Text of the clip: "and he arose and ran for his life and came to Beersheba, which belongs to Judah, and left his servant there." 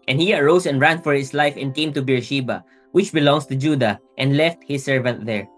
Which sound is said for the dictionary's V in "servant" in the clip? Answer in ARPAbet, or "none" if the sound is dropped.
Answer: V